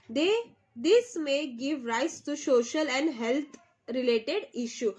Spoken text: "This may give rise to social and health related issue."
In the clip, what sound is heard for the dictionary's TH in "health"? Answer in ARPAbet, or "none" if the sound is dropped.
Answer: T